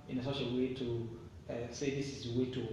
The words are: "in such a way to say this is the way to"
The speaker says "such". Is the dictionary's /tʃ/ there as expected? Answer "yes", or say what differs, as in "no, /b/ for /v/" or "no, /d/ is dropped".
no, /ʃ/ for /tʃ/